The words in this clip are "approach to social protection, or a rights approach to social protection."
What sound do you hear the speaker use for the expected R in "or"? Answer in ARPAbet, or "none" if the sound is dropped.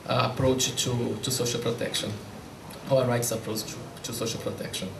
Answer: W